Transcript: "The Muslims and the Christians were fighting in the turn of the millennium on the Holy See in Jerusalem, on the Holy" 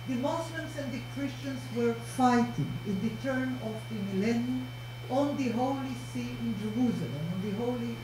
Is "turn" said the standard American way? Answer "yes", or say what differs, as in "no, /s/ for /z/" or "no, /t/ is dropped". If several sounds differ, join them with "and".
yes